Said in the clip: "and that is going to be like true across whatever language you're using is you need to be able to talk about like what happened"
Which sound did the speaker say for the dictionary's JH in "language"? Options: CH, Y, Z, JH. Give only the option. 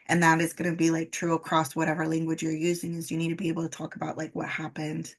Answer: JH